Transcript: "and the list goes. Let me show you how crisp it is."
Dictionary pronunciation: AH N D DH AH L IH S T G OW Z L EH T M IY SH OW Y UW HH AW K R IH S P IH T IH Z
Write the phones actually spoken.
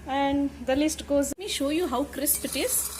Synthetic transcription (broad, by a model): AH N D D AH L IH S T G OW Z M IY SH OW Y UW HH AW K R IH S P IH T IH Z